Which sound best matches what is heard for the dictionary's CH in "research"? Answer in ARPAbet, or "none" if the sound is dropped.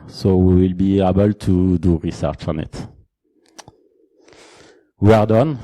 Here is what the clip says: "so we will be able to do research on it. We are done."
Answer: CH